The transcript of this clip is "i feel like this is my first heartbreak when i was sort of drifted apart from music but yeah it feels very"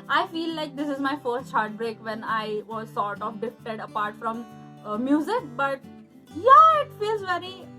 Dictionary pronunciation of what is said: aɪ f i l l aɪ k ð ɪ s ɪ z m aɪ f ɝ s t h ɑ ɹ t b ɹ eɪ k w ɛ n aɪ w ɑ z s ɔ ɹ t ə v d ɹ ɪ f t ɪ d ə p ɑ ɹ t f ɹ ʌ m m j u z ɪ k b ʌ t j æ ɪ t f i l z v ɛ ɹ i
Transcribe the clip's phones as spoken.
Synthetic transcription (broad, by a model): aɪ f i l l aɪ k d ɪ s ɪ z m aɪ f ɝ s t h ɑ ɹ t b ɹ eɪ k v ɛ n aɪ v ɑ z s ɔ ɹ t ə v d ɪ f t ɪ d ə p ɑ ɹ t f ɹ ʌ m m j u z ɪ k b ʌ t j æ ɪ t f i l z v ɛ ɹ i